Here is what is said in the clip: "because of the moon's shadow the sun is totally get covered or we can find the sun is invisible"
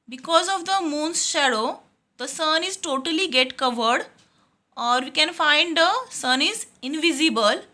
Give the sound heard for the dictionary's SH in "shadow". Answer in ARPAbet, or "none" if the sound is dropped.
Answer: SH